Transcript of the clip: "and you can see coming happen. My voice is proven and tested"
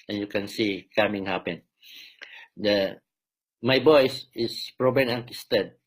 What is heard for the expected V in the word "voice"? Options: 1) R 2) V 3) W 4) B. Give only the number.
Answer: 4